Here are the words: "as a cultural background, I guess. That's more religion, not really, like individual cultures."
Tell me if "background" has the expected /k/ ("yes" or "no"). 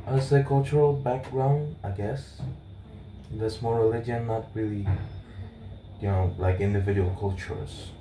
yes